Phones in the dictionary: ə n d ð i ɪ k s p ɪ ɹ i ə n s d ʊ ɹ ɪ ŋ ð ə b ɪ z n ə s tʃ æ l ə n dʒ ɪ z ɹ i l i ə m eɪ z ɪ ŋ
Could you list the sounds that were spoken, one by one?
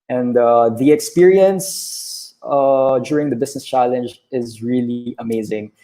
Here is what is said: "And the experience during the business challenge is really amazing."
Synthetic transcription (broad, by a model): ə n d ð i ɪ k s p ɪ ɹ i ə n s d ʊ ɹ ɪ ŋ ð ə b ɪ s n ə s tʃ æ l ə n dʒ ɪ z ɹ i l i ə m eɪ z ɪ ŋ